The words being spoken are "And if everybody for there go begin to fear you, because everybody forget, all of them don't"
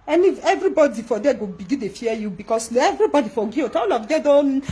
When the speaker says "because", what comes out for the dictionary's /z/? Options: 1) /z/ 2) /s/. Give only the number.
2